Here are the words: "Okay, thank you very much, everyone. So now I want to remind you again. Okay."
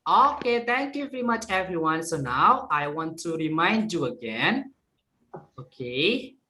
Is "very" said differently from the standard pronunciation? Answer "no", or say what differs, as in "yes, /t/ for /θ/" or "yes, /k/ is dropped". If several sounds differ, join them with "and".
no